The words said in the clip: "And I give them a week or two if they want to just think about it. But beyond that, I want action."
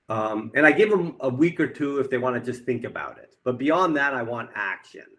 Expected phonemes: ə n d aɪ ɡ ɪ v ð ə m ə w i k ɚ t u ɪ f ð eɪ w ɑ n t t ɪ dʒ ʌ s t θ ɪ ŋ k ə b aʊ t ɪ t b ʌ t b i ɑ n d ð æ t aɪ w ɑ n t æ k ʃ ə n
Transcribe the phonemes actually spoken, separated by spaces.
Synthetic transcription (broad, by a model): ə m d aɪ ɡ ɪ v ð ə m ə w i k ɚ t u ɪ f ð eɪ w ɑ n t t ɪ dʒ ʌ s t θ ɪ ŋ k ə b aʊ t ɪ t b ʌ t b i ɑ n ð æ t aɪ w ɑ n t æ k ʃ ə n